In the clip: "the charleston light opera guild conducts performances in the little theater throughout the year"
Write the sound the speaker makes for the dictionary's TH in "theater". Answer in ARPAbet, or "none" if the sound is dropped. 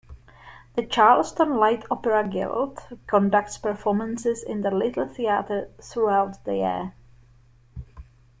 TH